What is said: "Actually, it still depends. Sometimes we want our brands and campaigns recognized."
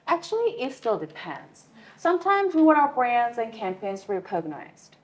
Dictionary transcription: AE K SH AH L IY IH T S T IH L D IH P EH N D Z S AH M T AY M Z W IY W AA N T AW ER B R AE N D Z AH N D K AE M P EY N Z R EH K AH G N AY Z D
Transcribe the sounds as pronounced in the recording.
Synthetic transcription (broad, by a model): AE K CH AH L IY IH T S T IH L D IH P EH N D Z S AH M T AY M Z W IY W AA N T AW ER B R AE N D Z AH N K AE M P EY N Z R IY K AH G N AY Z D